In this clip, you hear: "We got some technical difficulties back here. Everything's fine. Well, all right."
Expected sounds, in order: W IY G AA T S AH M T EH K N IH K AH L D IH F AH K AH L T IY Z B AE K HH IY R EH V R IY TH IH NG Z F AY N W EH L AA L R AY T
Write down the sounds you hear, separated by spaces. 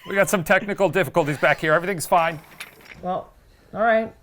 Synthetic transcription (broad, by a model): W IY G AA T S AH M T EH K N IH K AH L D IH F AH K AH L T IY Z B AE K HH IY R EH V R IY TH IH NG Z F AY N W EH L AA L R AY T